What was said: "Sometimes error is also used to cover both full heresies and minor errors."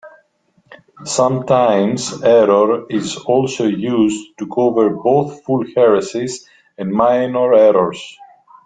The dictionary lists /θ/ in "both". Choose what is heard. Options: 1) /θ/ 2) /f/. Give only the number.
1